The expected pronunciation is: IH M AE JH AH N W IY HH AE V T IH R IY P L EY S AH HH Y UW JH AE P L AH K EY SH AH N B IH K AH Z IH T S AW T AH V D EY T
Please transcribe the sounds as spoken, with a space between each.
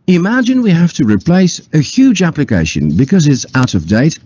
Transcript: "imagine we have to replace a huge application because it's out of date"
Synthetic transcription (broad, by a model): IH M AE JH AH N W IY HH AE F T IH R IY P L EY S AH HH Y UW JH AE P L AH K EY SH AH N B IH K AH Z IH T S AW T AH V D EY T